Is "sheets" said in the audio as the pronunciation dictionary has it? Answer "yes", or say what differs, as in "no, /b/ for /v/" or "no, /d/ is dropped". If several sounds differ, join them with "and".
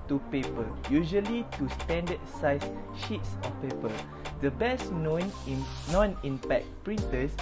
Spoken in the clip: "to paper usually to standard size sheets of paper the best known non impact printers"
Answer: yes